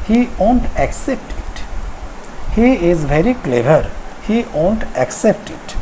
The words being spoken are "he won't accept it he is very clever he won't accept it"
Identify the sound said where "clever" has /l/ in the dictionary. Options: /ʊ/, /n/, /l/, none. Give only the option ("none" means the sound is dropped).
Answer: /l/